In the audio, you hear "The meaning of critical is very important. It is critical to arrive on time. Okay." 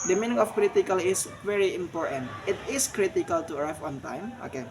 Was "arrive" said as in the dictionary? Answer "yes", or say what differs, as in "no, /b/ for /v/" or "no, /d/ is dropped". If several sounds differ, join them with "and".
no, /w/ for /v/